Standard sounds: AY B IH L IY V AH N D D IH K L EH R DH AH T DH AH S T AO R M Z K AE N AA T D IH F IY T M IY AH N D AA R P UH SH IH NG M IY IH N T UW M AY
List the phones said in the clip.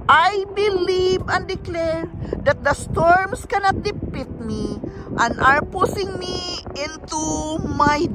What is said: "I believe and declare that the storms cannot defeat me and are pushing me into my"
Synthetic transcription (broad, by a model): AY B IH L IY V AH N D D IH K L EH R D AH T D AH S T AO R M S K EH N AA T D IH P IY T M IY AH N AA R P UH S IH NG M IY IH N T UW M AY